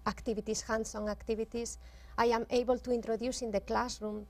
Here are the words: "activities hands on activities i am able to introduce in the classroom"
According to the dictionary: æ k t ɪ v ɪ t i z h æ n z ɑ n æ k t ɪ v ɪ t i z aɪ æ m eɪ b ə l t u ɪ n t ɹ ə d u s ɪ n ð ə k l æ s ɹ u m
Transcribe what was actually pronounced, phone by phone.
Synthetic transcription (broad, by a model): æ k t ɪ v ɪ t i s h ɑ n s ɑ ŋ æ k t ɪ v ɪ t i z aɪ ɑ m eɪ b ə l t u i n t ɹ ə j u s ɪ n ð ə k l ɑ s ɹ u m